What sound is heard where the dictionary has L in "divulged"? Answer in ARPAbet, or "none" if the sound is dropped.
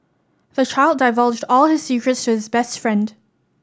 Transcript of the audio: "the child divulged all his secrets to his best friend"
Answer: L